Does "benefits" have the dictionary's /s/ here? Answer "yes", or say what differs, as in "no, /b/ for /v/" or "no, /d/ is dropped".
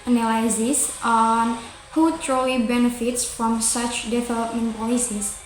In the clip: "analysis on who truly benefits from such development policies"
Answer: yes